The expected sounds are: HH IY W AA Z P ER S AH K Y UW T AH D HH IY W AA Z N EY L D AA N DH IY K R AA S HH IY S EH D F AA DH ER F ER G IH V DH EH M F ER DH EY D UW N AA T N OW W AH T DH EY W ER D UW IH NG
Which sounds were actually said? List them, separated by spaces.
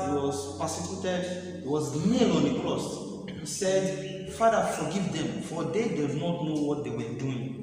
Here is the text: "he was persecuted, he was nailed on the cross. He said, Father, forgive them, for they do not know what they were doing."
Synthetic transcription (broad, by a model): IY W AA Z P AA S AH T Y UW T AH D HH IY W AA Z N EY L AA N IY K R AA S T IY S EH D F AA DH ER F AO G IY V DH EH M F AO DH EY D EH N AA T N OW W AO T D EY W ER D UW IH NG